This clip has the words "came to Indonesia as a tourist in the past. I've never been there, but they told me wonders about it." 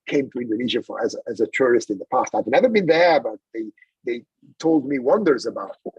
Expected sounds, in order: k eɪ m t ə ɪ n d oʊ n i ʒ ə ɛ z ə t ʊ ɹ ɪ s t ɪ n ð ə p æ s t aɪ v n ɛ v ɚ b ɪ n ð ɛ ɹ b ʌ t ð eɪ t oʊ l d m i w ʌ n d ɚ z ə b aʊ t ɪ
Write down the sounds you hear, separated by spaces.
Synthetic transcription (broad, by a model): k eɪ m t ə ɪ n d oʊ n i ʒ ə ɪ z ə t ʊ ɹ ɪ s t ɪ n ð ə p æ s t aɪ v n ɛ v ɚ b ɪ n ð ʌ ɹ b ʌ t ð eɪ t oʊ l d m i w ʌ n d ɚ z ə b aʊ t